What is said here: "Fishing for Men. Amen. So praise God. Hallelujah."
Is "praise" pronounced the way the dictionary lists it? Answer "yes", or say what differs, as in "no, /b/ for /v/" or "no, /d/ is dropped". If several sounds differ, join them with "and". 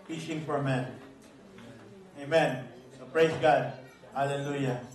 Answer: no, /s/ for /z/